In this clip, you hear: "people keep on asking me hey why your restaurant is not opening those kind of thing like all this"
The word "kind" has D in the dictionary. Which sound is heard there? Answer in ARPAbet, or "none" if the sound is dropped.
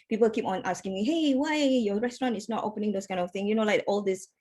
none